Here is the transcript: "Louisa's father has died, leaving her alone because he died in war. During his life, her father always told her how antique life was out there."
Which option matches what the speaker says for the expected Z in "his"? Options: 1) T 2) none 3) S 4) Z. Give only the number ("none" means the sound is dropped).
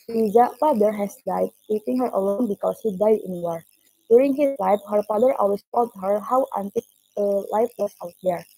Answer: 3